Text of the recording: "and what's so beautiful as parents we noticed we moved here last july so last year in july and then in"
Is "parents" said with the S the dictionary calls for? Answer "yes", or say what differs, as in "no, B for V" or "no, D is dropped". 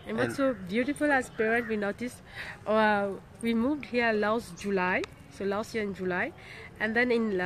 no, S is dropped